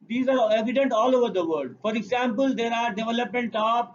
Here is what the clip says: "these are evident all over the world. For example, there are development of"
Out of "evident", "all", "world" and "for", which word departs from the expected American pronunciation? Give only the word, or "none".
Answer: world